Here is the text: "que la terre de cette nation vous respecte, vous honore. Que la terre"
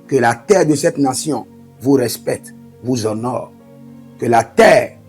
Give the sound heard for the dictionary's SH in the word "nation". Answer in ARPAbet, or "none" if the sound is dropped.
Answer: S